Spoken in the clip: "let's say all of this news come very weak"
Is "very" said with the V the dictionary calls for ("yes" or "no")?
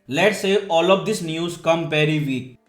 no